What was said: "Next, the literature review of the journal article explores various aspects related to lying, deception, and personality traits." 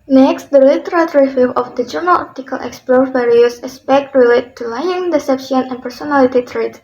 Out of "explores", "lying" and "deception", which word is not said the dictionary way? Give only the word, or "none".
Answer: explores